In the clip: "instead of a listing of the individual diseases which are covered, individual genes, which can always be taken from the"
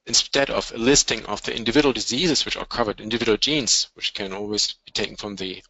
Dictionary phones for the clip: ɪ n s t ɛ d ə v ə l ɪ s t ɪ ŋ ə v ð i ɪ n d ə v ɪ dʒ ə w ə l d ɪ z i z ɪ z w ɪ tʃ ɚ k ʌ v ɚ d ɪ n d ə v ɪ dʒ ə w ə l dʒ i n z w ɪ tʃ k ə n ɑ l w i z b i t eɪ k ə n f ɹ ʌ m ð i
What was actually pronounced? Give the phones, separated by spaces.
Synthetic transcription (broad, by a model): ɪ n s t ɛ d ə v ə l ɪ s t ɪ ŋ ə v ð i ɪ n d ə v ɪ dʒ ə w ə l d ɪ z i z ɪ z w ɪ tʃ ɚ k ʌ v ɚ d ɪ n d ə v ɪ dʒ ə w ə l dʒ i n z w ɪ tʃ k ə n ɑ l w i z b i t eɪ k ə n f ɹ ʌ m ð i